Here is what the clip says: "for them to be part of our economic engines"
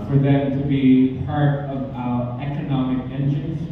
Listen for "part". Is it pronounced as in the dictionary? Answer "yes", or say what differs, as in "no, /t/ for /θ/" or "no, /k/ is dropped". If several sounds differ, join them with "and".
yes